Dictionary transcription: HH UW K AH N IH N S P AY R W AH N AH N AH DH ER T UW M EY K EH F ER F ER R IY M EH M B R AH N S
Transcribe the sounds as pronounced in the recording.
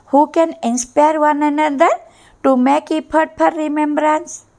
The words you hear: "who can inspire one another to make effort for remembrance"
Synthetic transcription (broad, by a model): HH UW K AH N IH N S P AY R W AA N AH N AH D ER T UW M EY K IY P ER P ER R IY M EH M B R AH N S